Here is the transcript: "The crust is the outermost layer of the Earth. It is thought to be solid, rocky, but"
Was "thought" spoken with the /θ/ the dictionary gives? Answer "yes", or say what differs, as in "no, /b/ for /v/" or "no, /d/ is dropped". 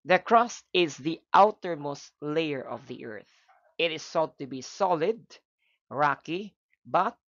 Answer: no, /s/ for /θ/